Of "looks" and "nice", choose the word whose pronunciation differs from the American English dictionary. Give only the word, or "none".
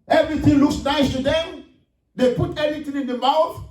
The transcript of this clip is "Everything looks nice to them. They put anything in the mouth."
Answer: none